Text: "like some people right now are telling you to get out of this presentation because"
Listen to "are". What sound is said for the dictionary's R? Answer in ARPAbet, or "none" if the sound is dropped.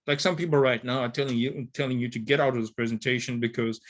L